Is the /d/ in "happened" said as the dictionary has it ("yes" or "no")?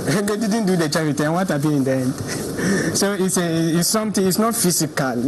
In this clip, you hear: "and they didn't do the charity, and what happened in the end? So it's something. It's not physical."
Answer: no